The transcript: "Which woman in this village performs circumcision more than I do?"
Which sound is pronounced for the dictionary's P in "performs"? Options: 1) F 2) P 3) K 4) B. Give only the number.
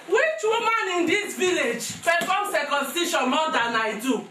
1